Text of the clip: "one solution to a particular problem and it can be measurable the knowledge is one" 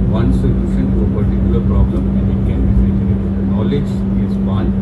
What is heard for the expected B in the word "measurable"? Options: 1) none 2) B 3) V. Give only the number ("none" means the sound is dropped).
1